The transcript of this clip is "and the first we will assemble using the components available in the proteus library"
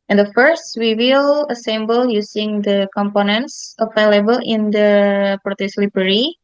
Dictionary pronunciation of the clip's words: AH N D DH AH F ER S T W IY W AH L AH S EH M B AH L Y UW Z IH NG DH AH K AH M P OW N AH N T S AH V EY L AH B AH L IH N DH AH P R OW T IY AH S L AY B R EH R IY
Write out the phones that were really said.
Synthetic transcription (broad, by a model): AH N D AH F ER S T W IY W AH L AH S EH M B AH L Y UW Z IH NG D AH K AH M P OW N AH N T S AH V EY L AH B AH L IH N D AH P R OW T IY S L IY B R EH R IY